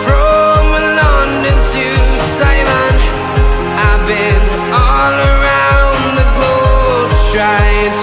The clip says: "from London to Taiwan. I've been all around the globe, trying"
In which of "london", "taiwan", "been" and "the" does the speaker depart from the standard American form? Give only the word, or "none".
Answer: taiwan